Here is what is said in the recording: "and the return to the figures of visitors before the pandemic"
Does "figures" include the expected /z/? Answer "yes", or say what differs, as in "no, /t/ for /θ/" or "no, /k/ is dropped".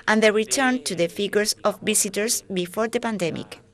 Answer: no, /s/ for /z/